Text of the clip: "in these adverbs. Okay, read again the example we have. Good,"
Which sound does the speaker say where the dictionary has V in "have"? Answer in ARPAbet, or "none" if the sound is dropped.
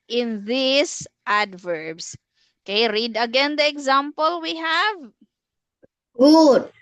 V